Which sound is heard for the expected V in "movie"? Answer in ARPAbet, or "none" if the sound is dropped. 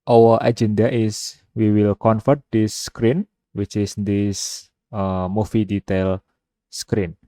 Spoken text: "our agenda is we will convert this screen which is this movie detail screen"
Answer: F